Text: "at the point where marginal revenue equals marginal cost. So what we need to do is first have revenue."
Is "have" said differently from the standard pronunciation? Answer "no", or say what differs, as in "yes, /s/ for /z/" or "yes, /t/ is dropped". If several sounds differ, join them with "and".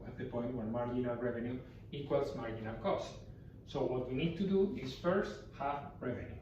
yes, /f/ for /v/